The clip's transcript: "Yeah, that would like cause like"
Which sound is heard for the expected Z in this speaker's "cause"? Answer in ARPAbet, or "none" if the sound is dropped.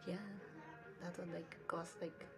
S